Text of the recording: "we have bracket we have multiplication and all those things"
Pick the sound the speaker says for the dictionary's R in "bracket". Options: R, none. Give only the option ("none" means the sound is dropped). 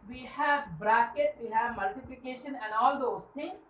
R